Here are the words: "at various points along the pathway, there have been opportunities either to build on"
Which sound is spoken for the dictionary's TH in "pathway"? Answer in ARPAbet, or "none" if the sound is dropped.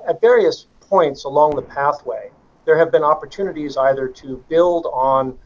TH